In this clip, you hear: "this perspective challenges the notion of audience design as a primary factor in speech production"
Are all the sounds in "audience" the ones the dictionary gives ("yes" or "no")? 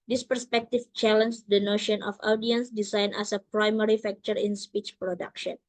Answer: yes